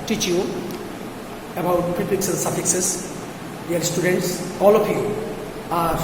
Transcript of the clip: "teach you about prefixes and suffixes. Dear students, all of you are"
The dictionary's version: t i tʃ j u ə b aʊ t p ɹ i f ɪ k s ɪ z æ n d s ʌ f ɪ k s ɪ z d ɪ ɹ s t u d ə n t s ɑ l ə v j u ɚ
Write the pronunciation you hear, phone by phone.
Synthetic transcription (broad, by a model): t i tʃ j u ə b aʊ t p i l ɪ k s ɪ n s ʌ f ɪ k s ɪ s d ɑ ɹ s t u d ə n t s ɑ l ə p j u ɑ